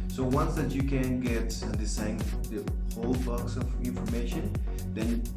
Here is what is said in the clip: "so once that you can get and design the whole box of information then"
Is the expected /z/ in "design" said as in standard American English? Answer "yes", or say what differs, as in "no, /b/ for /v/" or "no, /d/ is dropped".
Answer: no, /s/ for /z/